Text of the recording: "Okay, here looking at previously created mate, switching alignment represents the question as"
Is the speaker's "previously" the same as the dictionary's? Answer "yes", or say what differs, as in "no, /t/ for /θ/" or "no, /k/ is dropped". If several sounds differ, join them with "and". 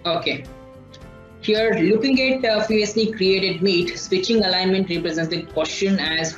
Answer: no, /v/ is dropped